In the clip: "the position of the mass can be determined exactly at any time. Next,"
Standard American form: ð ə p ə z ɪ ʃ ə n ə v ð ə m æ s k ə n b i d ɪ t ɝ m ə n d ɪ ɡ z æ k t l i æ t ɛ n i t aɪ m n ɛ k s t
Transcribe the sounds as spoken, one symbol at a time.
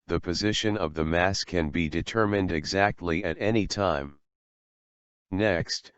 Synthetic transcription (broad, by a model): ð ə p ə z ɪ ʃ ə n ə v ð ə m æ s k ə n b i d ɪ t ɝ m ə n d ɪ ɡ z æ k t l i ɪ t ɛ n i t aɪ m n ɛ k s t